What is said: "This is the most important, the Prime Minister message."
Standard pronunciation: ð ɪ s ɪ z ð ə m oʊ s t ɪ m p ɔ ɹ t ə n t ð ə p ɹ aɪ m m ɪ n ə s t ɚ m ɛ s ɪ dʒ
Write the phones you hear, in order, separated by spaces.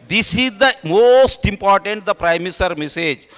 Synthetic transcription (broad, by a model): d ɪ s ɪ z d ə m oʊ s t ɪ m p ɔ ɹ t ə n t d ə p ɹ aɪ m m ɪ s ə t m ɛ s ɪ dʒ